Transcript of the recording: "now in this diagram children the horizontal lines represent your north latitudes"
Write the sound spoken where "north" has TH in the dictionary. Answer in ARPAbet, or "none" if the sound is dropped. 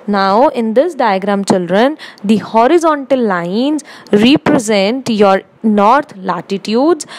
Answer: T